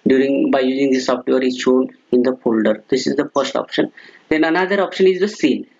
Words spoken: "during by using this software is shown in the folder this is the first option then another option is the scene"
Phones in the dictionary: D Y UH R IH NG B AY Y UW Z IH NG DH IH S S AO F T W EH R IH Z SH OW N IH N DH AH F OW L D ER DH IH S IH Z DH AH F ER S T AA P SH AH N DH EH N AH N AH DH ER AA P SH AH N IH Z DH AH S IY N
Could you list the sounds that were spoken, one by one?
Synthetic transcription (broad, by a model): D Y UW R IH NG B AY Y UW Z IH NG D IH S S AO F T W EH R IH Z SH OW N IH N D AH F OW L D ER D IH S IH Z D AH F ER S T AA P SH AH N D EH N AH N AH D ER AA P SH AH N IH Z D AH S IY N